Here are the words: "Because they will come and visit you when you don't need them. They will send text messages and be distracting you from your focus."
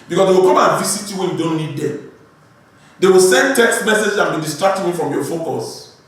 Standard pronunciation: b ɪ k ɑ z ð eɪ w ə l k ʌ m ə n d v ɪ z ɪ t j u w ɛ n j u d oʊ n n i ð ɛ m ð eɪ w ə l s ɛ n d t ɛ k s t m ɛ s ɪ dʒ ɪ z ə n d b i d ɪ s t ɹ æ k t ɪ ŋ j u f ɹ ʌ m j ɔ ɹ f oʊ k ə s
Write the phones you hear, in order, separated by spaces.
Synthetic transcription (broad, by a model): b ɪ k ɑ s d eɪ w ə l k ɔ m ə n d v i s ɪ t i w ɛ n j u d oʊ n n i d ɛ m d eɪ w ə l s ɛ n d t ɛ k s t m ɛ s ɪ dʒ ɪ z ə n b i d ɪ s t ɹ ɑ k t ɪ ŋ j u f ɹ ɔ m j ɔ f oʊ k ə s